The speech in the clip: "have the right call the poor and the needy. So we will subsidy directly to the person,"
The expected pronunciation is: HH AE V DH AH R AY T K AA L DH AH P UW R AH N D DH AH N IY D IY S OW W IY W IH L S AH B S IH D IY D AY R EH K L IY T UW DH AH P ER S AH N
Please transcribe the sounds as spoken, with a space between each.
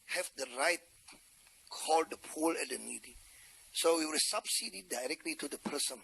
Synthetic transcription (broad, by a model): HH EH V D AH R AY T K AA L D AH P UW L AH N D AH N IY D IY S OW W IY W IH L S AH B S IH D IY D AY R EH K L IY T UW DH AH P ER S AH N